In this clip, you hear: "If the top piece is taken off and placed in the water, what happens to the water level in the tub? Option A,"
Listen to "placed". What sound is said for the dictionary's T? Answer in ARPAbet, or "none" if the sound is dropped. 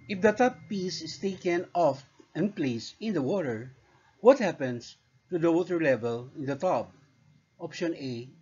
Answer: none